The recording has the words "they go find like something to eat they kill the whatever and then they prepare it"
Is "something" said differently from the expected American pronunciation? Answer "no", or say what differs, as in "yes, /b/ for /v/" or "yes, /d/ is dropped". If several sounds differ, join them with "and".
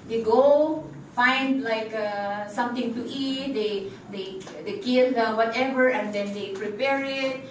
yes, /t/ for /θ/